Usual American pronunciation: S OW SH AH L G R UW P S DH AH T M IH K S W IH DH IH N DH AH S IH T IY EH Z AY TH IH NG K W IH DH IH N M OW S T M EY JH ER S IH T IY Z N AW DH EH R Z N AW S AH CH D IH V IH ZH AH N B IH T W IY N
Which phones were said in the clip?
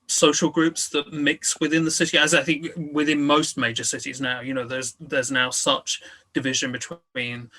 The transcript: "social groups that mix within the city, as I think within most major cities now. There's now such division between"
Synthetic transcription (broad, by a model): S OW SH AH L G R UW P S DH AH T M IH K S W IH DH IH N DH AH S IH T IY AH Z AY TH IH NG K W IH DH IH N M OW S T M EY JH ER S IH T IY Z N AW DH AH R Z N AW S AH CH D IH V IH ZH AH N B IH T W IY N